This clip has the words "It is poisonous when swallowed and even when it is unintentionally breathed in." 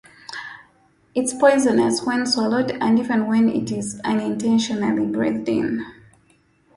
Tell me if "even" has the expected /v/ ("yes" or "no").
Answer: yes